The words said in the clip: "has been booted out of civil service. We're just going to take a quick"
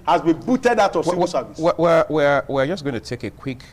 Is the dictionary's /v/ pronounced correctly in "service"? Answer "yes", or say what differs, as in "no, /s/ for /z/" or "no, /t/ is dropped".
no, /w/ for /v/